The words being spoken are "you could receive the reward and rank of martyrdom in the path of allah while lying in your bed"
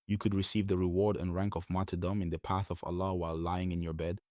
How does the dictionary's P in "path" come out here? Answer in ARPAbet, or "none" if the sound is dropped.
P